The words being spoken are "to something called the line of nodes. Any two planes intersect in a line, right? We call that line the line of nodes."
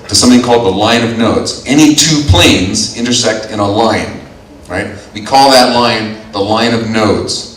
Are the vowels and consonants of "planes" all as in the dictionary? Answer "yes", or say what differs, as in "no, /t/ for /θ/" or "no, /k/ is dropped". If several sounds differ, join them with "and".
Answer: yes